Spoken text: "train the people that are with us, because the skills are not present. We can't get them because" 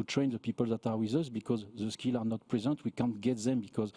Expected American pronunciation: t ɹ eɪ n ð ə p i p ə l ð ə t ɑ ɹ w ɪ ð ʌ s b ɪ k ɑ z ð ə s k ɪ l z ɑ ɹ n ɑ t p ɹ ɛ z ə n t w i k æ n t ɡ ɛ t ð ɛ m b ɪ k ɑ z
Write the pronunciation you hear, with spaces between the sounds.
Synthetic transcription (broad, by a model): t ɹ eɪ n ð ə p i p ə l ð ə t ɑ ɹ w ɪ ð ʌ s b ɪ k ɑ z ð ə s k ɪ l ɑ ɹ n ɑ t p ɹ ɛ z ə n t w i k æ n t ɡ ɛ t ð ɛ m b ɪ k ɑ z